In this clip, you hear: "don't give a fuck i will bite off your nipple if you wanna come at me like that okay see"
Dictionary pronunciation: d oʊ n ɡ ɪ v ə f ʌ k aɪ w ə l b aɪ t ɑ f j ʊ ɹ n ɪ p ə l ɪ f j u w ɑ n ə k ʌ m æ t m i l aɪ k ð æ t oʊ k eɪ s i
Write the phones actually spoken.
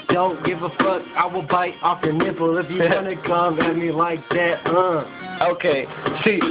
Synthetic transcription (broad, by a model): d oʊ n ɡ ɪ v ə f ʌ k aɪ w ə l b aɪ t ɑ f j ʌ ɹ n ɪ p l ɪ f j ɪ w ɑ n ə k ʌ m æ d m i l aɪ k ð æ t oʊ k eɪ s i